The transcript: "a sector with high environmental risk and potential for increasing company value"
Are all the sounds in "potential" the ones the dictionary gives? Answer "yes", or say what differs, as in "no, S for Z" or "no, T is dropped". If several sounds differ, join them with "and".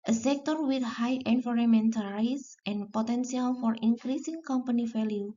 no, S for SH